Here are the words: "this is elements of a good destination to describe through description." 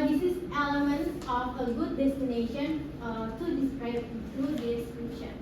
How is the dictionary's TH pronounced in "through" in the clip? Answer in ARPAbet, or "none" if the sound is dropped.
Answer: T